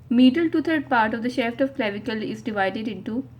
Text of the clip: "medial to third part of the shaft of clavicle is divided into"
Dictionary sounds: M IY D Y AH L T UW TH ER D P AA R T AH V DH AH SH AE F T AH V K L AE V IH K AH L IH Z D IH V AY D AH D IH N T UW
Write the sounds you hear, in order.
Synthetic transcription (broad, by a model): M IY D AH L T UW T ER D P AA R T AH V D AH SH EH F T AH V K L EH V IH K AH L IH Z D IH V AY D AH D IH N T UW